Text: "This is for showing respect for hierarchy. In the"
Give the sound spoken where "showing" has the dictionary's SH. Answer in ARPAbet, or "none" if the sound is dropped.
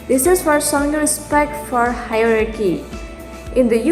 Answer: S